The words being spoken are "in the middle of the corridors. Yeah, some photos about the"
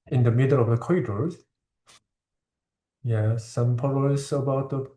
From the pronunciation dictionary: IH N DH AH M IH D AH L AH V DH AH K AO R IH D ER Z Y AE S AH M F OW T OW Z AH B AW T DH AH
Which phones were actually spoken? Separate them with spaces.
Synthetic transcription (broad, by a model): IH N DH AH M IH D AH L AH V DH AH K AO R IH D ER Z Y AE S AH M P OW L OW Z AH B AW T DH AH